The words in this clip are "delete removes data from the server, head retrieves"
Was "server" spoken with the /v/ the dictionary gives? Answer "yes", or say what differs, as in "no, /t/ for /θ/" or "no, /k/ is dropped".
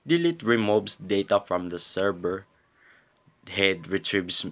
no, /b/ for /v/